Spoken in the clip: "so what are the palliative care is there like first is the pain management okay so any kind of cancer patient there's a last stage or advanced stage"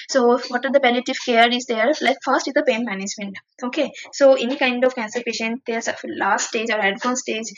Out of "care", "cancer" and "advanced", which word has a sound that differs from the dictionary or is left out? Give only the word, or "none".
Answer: advanced